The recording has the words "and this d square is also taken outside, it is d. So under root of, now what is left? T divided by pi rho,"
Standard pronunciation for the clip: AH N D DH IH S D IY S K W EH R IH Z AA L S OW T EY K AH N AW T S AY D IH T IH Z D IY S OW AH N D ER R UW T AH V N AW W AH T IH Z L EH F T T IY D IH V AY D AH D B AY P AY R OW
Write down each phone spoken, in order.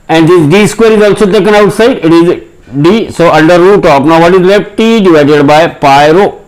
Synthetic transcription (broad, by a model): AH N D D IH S D IY S K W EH R IH Z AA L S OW T EY K AH N AW T S AY D IH T IH Z D IY S OW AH N D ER R UW T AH P N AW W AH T IH Z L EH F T T IY D IH V AY D AH D B AY P AY R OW